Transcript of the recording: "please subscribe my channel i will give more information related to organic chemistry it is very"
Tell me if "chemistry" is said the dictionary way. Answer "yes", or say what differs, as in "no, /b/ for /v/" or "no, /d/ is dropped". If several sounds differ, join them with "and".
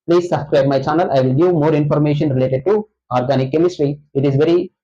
yes